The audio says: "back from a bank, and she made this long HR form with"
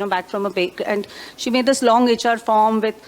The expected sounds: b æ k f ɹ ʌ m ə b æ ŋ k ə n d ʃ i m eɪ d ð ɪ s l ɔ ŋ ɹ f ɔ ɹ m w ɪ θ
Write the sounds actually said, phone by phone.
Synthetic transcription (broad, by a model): b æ k f ɹ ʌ m ə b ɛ k ə n d ʃ i m eɪ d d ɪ s l ɔ ŋ ɹ f ɔ ɹ m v ɪ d